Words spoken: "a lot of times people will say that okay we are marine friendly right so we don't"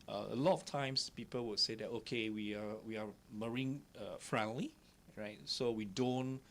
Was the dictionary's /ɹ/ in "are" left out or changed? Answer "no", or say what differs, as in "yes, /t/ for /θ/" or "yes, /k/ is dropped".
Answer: yes, /w/ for /ɹ/